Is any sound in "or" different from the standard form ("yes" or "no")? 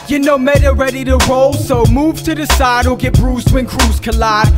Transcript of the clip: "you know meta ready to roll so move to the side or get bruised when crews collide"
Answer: yes